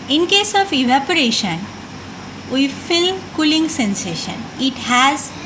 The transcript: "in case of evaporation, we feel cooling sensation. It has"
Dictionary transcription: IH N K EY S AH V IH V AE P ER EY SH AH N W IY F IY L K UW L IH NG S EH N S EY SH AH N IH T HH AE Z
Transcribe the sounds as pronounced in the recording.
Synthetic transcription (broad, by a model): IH N K EY S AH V IH V AE P ER EY SH AH N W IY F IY L K UW L IH NG S EH N S EY SH AH N IH T HH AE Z